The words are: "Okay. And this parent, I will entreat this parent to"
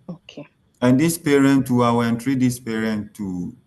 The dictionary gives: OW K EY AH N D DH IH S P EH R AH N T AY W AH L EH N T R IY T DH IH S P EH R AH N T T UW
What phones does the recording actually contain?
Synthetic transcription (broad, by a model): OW K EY AH N D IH S P EH R AH N T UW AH W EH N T R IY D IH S P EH R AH N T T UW